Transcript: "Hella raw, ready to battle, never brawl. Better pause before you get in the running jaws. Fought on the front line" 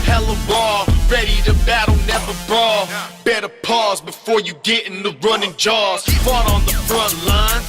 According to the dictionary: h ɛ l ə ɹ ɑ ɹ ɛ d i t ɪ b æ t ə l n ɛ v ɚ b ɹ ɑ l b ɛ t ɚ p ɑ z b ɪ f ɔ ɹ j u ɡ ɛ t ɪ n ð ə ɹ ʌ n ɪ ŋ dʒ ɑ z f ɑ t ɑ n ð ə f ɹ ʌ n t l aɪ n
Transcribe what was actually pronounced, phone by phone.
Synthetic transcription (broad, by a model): h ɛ l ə w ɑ ɹ ɛ d i t ɪ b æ t l n ɛ v ɚ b ɹ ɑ b ɛ t ɚ p ɑ z b ɪ f ɔ ɹ j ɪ ɡ ɛ t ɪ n ð ə ɹ ʌ n ɪ ŋ dʒ ɑ z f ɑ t n ð ə f ɹ ʌ n t l aɪ n